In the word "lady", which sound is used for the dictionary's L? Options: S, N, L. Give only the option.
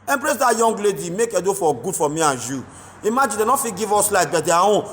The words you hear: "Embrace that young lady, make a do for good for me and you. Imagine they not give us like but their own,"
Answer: L